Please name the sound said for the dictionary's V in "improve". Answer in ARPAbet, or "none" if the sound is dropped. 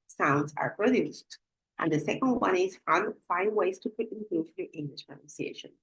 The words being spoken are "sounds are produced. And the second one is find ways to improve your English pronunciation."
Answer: F